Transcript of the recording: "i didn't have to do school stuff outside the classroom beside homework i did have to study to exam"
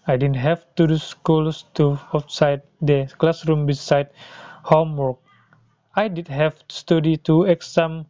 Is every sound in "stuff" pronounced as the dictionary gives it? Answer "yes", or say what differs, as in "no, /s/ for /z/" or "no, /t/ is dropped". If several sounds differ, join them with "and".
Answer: no, /f/ is dropped